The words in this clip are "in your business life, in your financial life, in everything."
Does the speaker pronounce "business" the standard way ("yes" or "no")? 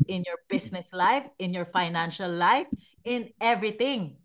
no